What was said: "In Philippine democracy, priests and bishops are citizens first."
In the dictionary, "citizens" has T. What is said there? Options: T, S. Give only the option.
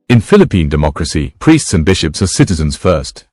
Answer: T